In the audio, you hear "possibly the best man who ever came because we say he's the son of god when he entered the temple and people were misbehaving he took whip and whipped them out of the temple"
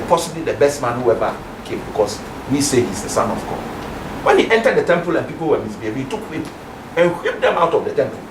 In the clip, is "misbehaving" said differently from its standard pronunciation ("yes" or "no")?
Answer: yes